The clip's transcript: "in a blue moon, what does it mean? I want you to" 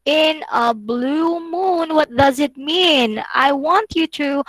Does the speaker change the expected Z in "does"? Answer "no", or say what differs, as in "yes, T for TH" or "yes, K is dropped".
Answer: no